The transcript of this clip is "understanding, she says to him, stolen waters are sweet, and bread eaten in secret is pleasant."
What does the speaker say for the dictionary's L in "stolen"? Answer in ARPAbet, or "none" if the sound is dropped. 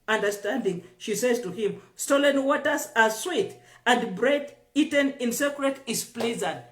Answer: L